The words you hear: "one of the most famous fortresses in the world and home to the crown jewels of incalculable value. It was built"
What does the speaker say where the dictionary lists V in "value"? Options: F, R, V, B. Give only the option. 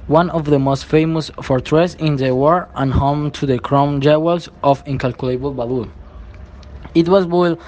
B